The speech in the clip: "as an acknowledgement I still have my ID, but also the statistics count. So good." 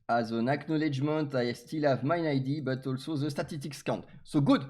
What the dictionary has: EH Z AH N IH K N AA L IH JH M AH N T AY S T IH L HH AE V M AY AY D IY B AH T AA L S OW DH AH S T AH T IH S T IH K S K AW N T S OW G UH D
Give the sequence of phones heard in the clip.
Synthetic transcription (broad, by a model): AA Z AH N IH K N AA L IH JH M AH N T AY S T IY L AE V M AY AY D IY B AH T AA L S OW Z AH S T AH T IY S T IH K S K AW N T S OW G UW D